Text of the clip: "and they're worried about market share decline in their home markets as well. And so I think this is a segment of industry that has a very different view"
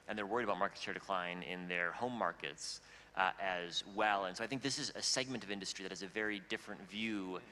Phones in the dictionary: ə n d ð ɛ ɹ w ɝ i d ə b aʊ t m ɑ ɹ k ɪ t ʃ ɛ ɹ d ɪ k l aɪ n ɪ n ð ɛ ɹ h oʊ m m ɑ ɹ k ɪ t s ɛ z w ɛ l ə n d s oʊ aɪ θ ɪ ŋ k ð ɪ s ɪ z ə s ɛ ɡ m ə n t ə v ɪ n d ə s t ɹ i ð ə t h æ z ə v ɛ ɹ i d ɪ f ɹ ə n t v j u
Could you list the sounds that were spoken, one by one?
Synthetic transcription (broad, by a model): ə n ð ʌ ɹ w ɝ i d ə b aʊ t m ɑ ɹ k ɪ t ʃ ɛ ɹ d ɪ k l aɪ n ɪ n ð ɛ ɹ h oʊ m m ɑ ɹ k ɪ t s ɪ z w ɛ l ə n s oʊ aɪ θ ɪ ŋ k ð ɪ s ɪ z ə s ɛ ɡ m ə n t ə v ɪ n d ə s t ɹ i ð ə t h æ z ə v ɛ ɹ i d ɪ f ɹ ə n t v j u